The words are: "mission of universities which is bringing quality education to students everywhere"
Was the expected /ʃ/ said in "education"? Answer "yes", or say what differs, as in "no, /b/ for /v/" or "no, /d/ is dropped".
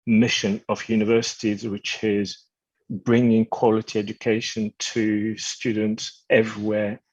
yes